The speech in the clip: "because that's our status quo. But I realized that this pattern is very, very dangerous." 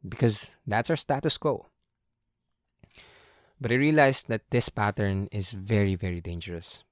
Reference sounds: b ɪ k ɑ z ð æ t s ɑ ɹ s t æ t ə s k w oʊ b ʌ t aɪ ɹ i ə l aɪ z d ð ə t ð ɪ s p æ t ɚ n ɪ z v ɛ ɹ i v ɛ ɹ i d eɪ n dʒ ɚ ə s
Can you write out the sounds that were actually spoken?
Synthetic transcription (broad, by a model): b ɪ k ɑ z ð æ t s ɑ w s t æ t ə s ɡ oʊ b ʌ t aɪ ɹ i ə l aɪ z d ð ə t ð ɪ s p æ t ɚ n ɪ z v ɛ ɹ i v ɛ ɹ i d eɪ n dʒ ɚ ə s